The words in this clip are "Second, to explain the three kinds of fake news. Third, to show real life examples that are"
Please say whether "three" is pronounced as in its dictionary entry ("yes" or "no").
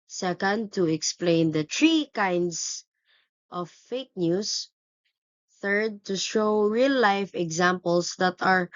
no